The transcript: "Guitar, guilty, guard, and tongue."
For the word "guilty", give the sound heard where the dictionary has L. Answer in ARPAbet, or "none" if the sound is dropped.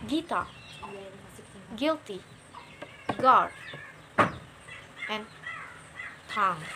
L